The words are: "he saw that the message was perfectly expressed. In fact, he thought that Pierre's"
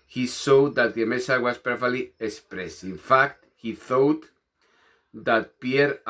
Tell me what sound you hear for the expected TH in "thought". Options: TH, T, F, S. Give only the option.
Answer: TH